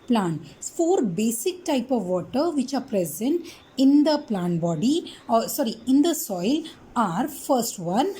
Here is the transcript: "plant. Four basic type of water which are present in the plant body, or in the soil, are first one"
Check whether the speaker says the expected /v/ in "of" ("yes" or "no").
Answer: yes